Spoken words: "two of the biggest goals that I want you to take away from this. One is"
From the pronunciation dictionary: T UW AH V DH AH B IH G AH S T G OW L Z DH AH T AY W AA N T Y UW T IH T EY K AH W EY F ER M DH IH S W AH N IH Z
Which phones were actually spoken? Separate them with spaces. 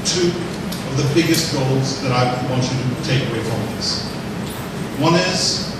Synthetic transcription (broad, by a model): T UW AH V DH AH B IH G AH S T G OW L Z DH AH T AY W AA N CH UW T IH T EY K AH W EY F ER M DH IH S W AH N IH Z